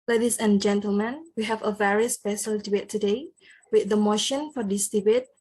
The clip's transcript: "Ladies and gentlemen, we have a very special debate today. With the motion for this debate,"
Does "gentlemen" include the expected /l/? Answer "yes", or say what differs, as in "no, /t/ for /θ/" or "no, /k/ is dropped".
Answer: yes